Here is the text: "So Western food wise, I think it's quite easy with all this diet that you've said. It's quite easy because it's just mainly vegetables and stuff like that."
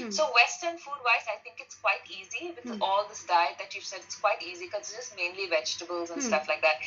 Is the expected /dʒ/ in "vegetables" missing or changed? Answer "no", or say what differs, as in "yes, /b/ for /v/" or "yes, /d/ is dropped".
no